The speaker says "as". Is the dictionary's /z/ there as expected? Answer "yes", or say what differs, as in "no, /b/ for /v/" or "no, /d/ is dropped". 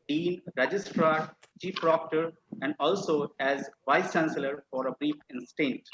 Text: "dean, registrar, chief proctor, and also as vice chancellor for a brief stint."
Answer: yes